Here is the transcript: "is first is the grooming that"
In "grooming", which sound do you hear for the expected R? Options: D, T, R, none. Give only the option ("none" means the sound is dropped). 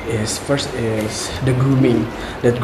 none